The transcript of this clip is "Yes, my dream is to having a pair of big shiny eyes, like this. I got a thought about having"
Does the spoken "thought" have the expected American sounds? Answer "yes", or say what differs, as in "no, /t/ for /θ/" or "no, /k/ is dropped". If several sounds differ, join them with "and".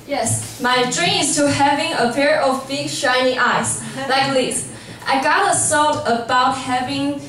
no, /s/ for /θ/